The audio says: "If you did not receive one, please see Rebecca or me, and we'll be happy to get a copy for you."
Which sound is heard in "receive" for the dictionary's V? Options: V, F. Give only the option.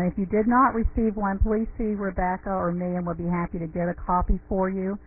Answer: V